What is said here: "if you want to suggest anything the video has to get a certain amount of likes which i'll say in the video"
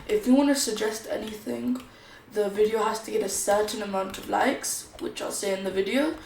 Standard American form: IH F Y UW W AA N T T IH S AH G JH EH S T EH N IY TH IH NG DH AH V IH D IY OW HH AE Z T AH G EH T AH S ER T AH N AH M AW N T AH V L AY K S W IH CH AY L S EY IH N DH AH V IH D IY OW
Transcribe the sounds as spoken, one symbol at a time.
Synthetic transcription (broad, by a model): IH F Y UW W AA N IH S AH G JH EH S T EH N IY TH IH NG DH AH V IH D IY OW HH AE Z T AH G EH T AH S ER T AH N AH M AW N T AH V L AY K S W IH CH AY L S EY IH N DH AH V IH D IY OW